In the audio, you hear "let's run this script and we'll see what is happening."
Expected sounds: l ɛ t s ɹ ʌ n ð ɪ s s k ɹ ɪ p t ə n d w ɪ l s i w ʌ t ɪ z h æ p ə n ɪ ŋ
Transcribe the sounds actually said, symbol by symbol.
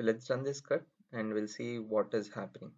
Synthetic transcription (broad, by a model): l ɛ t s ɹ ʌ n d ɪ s s k ʌ t ə n d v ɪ l s i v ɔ t ɪ z h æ p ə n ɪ ŋ